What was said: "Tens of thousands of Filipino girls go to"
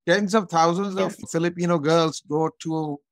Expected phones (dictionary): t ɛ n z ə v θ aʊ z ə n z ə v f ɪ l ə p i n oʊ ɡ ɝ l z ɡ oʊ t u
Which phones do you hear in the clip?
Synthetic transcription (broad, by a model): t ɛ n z ə v t aʊ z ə n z ə v f ɪ l ə p i n oʊ ɡ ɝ l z ɡ oʊ t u